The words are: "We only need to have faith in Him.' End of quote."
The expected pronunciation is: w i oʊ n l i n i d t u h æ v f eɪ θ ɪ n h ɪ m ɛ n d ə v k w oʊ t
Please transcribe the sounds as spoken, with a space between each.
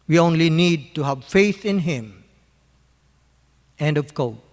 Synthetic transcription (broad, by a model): w i oʊ n l i n i d t u h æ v f eɪ θ ɪ n h ɪ m ɛ n d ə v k oʊ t